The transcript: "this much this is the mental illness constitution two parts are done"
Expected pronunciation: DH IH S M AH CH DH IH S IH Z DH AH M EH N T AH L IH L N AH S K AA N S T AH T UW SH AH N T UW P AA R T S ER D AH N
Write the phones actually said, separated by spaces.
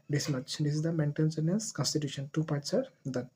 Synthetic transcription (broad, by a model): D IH S M AH CH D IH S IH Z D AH M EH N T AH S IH N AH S K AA N S T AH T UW SH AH N T UW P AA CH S ER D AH